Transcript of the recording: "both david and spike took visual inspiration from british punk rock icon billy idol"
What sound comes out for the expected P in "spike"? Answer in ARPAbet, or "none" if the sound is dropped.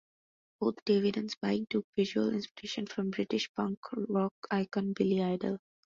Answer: B